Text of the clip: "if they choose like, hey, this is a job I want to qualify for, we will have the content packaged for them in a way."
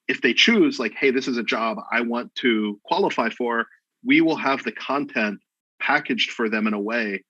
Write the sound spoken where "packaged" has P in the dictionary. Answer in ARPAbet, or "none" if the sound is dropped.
P